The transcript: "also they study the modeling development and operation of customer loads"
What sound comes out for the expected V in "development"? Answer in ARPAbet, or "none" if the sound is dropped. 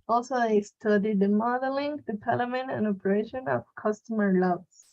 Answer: P